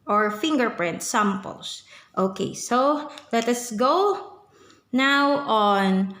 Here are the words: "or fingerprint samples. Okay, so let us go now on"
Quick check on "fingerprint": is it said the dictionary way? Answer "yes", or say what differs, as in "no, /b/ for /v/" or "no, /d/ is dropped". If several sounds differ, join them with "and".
yes